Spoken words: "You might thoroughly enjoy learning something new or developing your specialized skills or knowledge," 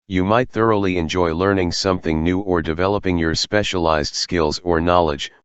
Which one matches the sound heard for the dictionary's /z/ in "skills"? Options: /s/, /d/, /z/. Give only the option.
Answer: /z/